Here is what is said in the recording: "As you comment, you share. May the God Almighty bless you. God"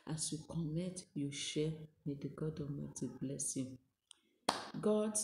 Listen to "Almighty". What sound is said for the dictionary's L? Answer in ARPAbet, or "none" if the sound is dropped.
none